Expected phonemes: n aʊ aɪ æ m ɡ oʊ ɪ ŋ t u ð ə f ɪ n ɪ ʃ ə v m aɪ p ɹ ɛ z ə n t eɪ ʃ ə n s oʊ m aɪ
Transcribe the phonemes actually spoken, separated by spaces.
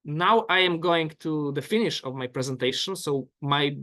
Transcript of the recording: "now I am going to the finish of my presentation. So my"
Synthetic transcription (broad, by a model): n aʊ aɪ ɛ m ɡ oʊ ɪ ŋ t u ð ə f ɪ n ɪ ʃ ə v m aɪ p ɹ ɛ z ə n t eɪ ʃ ə n s oʊ m aɪ